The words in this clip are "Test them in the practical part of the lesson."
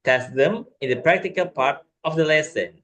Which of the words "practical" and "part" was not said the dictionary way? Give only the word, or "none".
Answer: none